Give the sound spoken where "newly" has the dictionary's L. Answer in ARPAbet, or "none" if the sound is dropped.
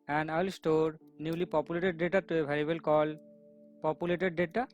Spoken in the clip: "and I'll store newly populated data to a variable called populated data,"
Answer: L